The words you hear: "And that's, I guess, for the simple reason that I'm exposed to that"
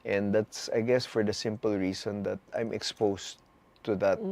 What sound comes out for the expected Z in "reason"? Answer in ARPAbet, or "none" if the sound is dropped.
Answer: S